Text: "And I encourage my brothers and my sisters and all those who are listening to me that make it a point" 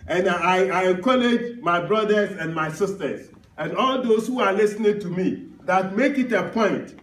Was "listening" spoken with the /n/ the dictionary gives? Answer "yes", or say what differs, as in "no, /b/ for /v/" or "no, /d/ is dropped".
yes